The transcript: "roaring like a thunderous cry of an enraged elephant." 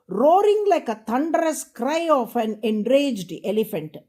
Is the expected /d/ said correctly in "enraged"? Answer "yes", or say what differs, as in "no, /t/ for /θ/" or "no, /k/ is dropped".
yes